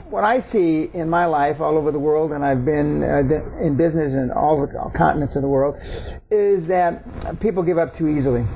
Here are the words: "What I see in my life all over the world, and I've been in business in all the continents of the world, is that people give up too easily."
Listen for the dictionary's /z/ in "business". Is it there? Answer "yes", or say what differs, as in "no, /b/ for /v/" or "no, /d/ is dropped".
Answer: yes